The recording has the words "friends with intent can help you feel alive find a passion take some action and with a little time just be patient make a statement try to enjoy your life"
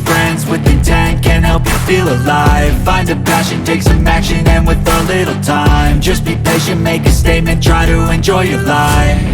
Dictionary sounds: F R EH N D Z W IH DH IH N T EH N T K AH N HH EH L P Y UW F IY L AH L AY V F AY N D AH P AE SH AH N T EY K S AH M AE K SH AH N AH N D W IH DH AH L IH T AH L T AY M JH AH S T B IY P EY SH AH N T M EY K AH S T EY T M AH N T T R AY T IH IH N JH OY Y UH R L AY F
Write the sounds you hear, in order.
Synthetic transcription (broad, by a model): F R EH N D Z W IH DH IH T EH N K AH N HH EH L P Y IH F IY L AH L AY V F AY N D AH P AE SH AH N T EY K S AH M AE K SH AH N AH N W IH DH AH L IH T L T AY M JH AH S B IY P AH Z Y M EY K AH S T EY T M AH N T T R AY T IH IH N JH OY Y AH R L AY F